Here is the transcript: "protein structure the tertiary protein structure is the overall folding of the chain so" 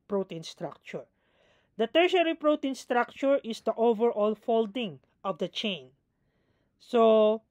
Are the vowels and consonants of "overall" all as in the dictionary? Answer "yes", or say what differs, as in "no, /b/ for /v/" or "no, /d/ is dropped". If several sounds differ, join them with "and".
yes